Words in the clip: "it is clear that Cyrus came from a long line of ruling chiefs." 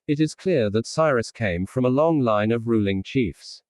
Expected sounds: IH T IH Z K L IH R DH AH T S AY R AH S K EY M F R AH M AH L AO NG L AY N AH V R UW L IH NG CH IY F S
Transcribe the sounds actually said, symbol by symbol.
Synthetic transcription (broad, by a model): IH T IH Z K L IH R DH AH T S AY R AH S K EY M F R AH M AH L AO NG L AY N AH V R UW L IH NG CH IY F S